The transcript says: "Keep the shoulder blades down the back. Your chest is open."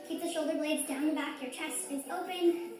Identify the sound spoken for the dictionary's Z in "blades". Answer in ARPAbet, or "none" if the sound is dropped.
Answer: Z